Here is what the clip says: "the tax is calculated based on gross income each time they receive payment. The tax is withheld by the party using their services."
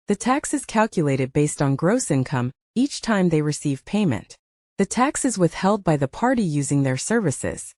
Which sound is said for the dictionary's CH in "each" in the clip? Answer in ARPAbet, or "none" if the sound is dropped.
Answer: CH